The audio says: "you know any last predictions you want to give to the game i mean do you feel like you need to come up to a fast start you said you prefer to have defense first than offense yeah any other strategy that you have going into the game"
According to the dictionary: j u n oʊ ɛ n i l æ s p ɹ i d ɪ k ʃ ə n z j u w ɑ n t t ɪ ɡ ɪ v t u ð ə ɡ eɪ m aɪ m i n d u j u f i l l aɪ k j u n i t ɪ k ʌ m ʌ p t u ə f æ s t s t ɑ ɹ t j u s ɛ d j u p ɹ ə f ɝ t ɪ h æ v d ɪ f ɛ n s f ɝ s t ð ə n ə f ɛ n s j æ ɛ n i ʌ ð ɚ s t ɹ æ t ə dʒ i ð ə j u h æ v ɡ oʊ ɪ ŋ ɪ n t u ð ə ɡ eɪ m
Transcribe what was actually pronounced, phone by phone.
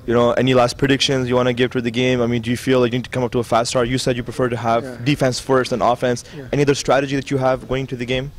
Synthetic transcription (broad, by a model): j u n oʊ ɛ n i l æ s p ɹ i d ɪ k ʃ ə n z j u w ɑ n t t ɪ ɡ ɪ v t u ð ə ɡ eɪ m aɪ m i n d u j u f i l l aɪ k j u n i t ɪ k ʌ m ʌ p t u ə f æ s t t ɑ ɹ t j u s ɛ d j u p ɹ ə f ɝ t ɪ h æ v d ɪ f ɛ n s f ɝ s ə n ə f ɛ n s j ɛ n i ʌ ð ɚ s t ɹ æ t ə dʒ i ð ə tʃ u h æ v ɡ oʊ ɪ ŋ ɪ n t u ð ə ɡ eɪ m